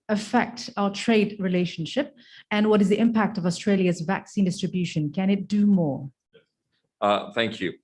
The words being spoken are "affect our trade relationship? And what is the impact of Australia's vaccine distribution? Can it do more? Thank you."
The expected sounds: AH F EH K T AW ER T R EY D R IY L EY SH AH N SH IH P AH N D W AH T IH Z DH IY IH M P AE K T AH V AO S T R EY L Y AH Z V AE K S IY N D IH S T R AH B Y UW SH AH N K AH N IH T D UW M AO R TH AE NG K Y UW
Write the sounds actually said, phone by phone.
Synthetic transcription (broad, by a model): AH F EH K T AW ER T R EY D R IY L EY SH AH N SH IH P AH N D W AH T IH Z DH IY IH M P AE K T AH V AO S T R EY L Y AH Z V AE K S IY N D IH S T R AH B Y UW SH AH N K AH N IH T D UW M AO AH TH AE NG K Y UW